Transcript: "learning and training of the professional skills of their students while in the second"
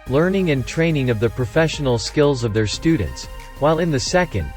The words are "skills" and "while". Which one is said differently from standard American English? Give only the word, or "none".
none